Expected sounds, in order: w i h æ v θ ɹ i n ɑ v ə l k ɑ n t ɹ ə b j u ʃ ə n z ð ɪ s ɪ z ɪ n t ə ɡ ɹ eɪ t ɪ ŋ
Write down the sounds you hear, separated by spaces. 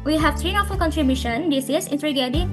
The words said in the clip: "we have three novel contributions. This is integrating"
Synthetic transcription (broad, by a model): w i h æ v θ ɹ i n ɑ f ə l k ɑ n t ɹ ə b j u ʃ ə n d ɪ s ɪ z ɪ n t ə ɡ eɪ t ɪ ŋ